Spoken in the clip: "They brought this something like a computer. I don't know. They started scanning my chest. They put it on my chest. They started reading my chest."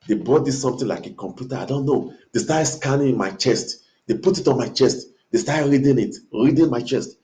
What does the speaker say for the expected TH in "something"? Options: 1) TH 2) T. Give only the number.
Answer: 2